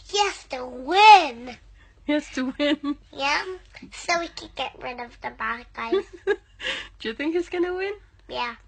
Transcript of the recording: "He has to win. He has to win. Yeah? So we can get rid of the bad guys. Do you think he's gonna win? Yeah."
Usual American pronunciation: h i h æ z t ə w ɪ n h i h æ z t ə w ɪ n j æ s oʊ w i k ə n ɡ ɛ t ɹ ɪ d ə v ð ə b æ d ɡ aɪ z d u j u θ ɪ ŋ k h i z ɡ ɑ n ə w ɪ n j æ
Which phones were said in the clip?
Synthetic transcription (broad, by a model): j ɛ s t ə w ɪ n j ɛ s t ə w ɪ n j æ s oʊ w i k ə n ɡ ɛ t ɹ ɪ d ə v ð ə b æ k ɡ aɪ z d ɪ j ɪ θ ɪ ŋ k h i z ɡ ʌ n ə w ɪ n j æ